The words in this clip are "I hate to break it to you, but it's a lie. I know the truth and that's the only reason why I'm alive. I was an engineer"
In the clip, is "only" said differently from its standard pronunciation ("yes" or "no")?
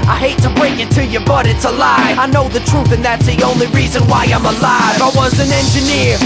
no